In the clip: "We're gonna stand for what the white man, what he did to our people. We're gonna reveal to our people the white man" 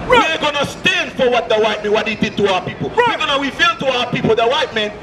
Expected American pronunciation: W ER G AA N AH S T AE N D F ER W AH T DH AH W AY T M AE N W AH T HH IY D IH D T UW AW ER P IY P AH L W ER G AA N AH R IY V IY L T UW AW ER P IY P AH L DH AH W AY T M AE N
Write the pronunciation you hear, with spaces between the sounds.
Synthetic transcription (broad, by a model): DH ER G AA N AH S T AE N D F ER W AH T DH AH W AY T M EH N W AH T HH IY D IH D T UW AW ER P IY P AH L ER G AA N AH W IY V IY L T UW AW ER P IY P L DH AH W AY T M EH N